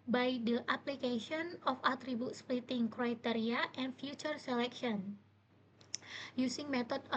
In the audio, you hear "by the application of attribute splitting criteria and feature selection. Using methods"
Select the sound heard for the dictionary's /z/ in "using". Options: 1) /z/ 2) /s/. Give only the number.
2